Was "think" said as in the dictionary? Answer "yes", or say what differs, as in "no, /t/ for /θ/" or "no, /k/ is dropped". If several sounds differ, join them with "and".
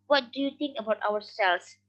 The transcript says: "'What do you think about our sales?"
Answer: no, /t/ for /θ/